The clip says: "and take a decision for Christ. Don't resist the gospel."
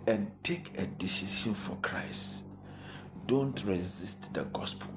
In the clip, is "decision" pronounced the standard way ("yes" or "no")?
no